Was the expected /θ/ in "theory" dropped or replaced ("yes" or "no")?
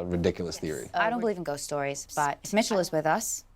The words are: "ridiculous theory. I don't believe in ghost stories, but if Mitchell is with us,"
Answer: no